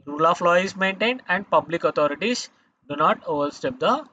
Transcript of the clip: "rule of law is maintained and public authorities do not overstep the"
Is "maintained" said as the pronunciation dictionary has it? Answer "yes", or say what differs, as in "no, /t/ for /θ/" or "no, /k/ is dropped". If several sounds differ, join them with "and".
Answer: yes